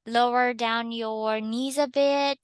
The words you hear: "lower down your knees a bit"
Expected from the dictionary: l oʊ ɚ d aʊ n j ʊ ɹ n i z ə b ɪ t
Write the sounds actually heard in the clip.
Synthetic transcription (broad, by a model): l oʊ ɚ d aʊ n j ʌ ɹ n i z ə b ɪ t